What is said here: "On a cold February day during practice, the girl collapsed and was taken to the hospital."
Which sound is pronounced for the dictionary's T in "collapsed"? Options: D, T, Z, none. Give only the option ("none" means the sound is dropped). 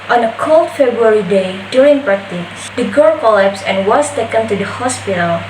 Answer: none